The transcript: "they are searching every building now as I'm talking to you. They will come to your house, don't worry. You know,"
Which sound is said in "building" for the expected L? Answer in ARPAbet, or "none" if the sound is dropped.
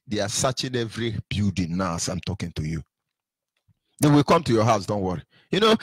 none